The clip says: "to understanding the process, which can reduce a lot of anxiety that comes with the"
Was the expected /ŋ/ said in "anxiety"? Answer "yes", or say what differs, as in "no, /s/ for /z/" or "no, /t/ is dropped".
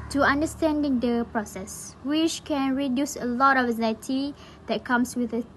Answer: no, /ŋ/ is dropped